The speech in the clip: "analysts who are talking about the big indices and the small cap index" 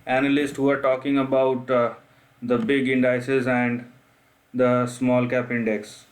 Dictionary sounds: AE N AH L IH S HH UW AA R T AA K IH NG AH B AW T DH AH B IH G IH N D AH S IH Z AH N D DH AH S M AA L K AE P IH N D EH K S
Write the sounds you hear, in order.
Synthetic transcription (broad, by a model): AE N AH L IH S HH UW AA R T AA K IH NG AH B AW T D AH B IH G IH N D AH S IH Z AH N D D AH S M AA L K AE P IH N D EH K S